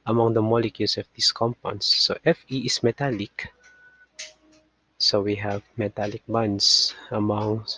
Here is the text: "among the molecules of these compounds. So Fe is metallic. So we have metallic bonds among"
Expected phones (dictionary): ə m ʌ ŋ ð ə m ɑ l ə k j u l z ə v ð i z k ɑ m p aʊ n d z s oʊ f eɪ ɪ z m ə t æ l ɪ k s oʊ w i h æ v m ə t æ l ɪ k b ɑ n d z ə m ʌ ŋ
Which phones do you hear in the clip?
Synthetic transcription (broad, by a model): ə m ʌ ŋ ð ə m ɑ l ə k j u l s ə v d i s k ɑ m p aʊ n s oʊ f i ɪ s m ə t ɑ l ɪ k s oʊ w i h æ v m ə t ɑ l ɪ k b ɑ n d s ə m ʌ ŋ